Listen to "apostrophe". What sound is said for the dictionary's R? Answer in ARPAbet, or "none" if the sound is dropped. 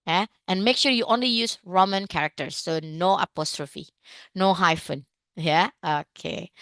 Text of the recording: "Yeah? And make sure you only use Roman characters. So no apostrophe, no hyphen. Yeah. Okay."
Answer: R